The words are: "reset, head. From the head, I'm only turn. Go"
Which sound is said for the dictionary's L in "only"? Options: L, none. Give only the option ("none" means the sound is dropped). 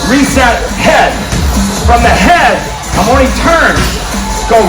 none